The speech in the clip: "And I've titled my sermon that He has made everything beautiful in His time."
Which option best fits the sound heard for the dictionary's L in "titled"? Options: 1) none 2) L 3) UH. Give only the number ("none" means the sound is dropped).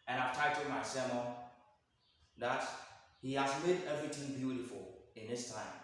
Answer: 1